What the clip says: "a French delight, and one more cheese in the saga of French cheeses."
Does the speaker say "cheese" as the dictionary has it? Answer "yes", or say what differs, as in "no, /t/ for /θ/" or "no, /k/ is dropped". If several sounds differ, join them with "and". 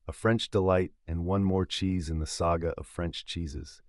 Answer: yes